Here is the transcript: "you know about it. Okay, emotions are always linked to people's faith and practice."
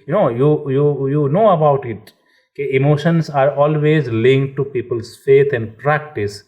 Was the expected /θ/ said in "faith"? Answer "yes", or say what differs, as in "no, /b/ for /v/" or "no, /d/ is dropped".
no, /t/ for /θ/